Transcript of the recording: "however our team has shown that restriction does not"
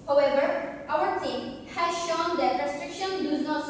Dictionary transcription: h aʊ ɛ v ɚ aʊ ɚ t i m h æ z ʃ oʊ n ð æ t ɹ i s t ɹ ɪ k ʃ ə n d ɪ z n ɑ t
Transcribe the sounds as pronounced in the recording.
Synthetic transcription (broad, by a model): h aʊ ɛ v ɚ aʊ ɚ t i m h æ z ʃ oʊ n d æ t ɹ i s t ɹ ɪ k ʃ ə n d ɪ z n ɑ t